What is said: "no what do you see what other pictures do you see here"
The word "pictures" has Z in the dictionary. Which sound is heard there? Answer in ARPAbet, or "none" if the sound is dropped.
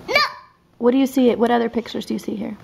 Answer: Z